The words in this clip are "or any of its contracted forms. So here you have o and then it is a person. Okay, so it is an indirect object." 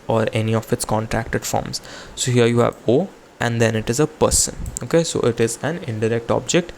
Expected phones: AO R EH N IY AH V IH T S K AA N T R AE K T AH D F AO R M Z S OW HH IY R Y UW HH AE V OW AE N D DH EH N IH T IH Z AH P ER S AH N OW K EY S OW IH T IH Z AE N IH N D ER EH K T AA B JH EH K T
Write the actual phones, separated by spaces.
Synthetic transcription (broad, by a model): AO R EH N IY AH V IH T S K AA N T R AE K T AH D F AO R M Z S OW HH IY R Y UW HH AE V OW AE N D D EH N IH T IH Z AH P ER S AH N OW K EY S OW IH T IH Z AE N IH N D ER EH K T AA B JH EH K T